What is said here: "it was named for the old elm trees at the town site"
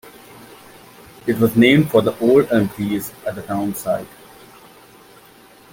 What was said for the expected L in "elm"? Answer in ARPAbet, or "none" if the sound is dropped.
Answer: none